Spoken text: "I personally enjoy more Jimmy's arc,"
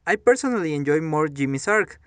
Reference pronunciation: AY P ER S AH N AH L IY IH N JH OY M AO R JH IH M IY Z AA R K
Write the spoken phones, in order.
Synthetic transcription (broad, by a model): AY P ER S AH N AH L IY IH N JH OY M AO R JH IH M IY S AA R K